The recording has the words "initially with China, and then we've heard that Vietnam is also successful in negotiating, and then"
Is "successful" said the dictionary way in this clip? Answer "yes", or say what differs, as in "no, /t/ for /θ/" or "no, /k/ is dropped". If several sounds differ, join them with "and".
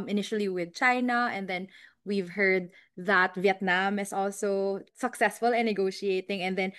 yes